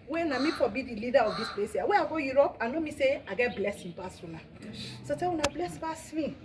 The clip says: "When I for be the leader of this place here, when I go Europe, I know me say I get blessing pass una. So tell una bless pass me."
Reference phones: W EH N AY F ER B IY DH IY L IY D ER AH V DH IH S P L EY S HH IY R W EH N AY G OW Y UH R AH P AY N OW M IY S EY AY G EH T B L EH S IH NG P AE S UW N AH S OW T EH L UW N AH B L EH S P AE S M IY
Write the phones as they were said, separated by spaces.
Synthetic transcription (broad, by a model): W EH N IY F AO B IY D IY L IY D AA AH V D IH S P L EY S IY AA W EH AY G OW Y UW R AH P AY N OW M IY S EY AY G EH T B L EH S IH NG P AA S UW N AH S OW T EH W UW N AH B L EH S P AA S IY